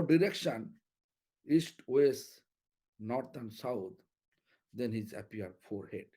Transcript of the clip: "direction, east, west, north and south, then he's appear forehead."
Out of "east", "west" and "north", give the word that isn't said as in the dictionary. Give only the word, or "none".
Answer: north